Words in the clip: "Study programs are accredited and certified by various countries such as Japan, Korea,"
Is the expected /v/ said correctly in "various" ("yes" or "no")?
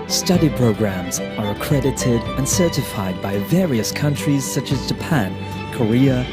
yes